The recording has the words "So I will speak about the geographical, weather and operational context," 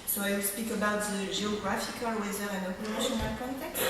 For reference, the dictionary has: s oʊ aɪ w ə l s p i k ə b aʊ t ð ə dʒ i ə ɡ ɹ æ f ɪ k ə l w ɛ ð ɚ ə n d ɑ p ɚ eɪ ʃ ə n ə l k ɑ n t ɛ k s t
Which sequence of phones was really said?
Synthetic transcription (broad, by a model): s oʊ aɪ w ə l s p i k ə b aʊ t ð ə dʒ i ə ɡ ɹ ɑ f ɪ k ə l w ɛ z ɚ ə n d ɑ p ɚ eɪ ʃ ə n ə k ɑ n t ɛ k s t